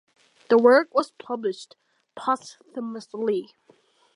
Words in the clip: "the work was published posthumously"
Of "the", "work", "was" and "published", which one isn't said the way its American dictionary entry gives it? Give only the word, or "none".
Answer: none